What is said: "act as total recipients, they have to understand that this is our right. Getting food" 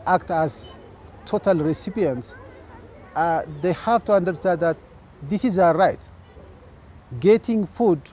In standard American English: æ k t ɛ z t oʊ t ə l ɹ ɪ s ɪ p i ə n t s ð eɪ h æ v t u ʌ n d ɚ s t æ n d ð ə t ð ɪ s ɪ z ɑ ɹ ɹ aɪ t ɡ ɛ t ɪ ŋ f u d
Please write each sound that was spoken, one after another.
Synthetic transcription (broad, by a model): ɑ k t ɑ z t oʊ t ə l ɹ ɪ s ɪ p i ə n t s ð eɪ h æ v t u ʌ n d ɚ s t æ n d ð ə t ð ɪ s ɪ z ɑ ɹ ɹ aɪ t ɡ ɛ t ɪ ŋ f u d